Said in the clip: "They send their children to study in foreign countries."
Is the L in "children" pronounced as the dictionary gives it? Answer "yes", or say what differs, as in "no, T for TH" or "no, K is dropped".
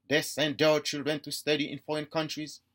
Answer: yes